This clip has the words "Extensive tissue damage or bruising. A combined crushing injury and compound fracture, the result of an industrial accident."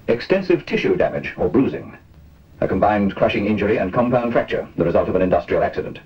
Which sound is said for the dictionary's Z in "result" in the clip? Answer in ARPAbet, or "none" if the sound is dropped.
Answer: Z